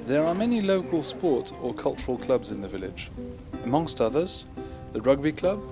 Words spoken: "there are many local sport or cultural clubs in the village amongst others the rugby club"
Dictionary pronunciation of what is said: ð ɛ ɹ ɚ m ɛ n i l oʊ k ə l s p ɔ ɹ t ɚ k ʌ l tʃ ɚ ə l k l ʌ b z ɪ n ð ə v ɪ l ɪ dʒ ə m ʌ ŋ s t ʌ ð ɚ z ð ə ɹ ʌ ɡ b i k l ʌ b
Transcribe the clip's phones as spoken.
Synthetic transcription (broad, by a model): ð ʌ ɹ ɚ m ɛ n i l oʊ k ə l s p ɔ ɹ t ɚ k ʌ l tʃ ɚ ə l k l ʌ b z ɪ n ð ə v ɪ l ɪ dʒ ə m ʌ ŋ s t ʌ ð ɚ z ð ə ɹ ʌ ɡ b i k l ʌ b